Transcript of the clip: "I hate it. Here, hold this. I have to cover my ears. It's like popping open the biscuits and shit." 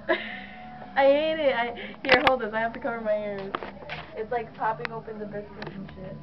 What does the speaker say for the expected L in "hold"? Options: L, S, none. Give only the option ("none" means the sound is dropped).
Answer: L